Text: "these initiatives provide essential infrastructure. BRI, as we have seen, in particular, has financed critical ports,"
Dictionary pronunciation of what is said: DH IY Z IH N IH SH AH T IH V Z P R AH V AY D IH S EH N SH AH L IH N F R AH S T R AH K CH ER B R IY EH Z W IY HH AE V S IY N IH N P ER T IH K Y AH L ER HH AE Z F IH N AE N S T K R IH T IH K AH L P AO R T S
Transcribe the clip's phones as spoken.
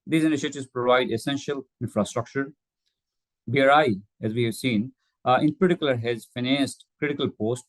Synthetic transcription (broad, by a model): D IY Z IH N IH SH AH T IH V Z P R AH V AY D IH S EH N SH AH L IH N F R AH S T R AH K CH ER B R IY EH Z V IY HH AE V S IY N IH N P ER T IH K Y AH L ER HH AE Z F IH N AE N S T K R IH T IH K AH L P AO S T